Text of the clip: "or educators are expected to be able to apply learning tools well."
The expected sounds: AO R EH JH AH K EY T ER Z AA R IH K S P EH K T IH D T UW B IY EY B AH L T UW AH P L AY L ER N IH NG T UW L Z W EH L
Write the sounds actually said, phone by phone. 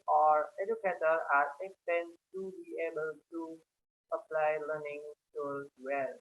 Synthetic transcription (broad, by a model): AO R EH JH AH K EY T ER AA R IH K S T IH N T UW B IY EY B AH L T UW AH P L AY L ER N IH NG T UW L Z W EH L